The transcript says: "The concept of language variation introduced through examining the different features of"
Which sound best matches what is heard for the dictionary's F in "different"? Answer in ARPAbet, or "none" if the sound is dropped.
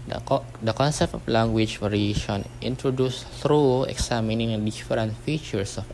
none